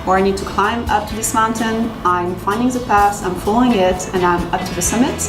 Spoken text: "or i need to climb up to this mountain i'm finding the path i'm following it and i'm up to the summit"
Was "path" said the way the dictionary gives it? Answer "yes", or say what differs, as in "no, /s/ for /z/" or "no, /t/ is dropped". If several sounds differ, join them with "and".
no, /s/ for /θ/